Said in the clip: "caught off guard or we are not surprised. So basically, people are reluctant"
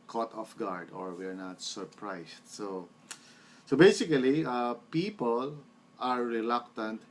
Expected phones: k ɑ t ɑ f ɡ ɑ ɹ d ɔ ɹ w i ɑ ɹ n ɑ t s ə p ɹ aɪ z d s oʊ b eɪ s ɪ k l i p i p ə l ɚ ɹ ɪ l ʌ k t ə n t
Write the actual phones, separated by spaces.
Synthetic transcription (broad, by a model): k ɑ t ɑ f ɡ ɑ ɹ d ɔ ɹ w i ɹ n ɑ t s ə p ɹ aɪ s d s oʊ b eɪ s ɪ k l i p i p ə l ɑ ɹ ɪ l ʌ k t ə n t